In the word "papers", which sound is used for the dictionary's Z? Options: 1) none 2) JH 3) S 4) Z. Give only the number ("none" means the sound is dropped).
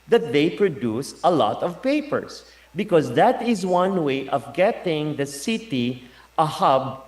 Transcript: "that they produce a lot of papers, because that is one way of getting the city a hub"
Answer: 3